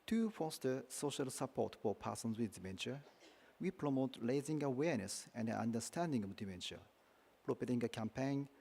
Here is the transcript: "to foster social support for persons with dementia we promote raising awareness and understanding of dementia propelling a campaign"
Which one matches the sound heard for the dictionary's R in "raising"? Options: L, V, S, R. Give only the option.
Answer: L